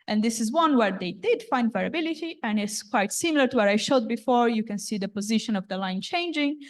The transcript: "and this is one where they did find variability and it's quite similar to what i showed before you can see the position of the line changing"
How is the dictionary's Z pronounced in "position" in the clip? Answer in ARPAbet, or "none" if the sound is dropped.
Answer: Z